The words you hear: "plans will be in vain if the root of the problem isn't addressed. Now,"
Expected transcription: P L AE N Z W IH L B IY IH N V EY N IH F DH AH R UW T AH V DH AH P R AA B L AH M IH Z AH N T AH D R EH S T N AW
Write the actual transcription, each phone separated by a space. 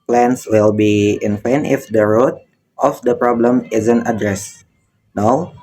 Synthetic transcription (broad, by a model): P L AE N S W IH L B IY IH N P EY N IH F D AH R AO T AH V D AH P R AA B L AH M IH Z AH N T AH D R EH S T N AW